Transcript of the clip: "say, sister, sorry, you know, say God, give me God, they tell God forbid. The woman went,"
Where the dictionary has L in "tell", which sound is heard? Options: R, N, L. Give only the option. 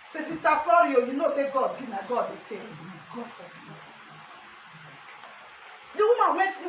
N